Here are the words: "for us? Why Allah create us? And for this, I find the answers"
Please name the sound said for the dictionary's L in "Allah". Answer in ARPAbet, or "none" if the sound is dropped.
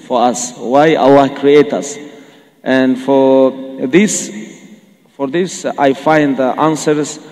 W